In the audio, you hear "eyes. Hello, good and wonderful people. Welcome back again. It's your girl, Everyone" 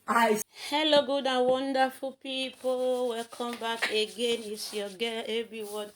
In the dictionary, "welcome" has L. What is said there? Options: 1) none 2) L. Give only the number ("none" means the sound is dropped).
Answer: 1